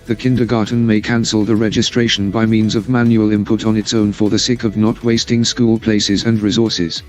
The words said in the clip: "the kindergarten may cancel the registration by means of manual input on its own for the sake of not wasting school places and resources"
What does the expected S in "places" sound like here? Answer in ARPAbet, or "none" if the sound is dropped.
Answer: S